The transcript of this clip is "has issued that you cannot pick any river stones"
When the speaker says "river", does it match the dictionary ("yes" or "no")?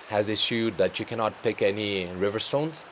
yes